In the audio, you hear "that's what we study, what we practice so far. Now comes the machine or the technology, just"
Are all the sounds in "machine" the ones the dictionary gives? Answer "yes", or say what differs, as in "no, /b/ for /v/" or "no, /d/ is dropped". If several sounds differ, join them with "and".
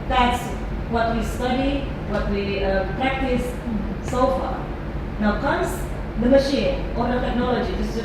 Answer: yes